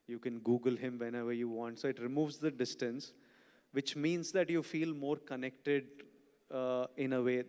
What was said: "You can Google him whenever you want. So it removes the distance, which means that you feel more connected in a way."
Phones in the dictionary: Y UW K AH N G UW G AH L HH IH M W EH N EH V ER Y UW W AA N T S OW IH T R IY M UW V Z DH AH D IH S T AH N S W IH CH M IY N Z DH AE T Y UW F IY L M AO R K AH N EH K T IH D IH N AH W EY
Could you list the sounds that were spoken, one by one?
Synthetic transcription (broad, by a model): Y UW K AH N G UW G AH L HH IH M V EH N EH V ER Y UW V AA N T S OW IH T R IY M UW V Z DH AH D IH S T AH N S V IH CH M IY N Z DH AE T Y UW F IY L M AO R K AH N EH K T IH D IH N AH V EY